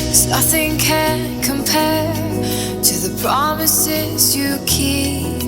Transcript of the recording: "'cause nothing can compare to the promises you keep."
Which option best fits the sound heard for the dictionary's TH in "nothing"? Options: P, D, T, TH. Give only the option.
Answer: TH